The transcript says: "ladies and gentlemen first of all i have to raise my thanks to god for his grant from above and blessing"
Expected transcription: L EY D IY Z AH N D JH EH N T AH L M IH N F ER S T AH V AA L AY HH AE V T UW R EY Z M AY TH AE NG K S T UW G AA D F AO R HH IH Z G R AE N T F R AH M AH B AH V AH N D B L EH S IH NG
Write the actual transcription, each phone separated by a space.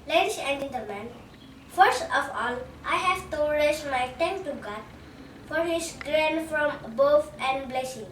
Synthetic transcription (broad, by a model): L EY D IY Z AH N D JH EH N T AH L M IH N F ER S T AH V AA L AY HH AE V T UW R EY S M AY T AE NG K T UW G AA D F AO R HH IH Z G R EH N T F R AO M B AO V AH N D B L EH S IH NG